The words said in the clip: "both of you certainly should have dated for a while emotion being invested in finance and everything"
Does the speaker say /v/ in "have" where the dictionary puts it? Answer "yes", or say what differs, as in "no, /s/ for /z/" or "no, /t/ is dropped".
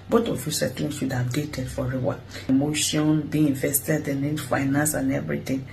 no, /b/ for /v/